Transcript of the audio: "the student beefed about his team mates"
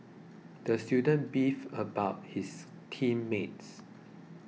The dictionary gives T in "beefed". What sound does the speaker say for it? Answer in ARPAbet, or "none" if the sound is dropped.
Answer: none